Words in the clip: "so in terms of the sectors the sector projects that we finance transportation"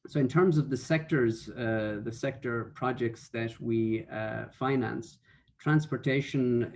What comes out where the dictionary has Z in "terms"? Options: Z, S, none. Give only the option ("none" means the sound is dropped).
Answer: Z